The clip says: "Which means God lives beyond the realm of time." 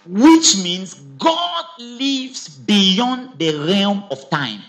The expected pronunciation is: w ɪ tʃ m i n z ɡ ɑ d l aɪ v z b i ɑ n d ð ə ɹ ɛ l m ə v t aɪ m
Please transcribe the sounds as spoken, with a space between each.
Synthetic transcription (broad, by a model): w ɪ tʃ m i n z ɡ ɑ d l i v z b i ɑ n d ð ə ɹ ɛ l m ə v t aɪ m